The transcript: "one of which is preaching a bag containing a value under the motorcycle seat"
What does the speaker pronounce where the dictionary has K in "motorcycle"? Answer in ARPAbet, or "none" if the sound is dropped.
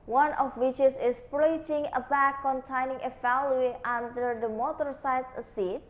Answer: none